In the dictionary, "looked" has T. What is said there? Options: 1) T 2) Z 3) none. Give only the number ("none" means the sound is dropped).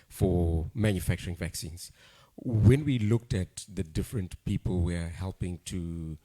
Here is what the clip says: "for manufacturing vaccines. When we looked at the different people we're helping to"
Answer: 1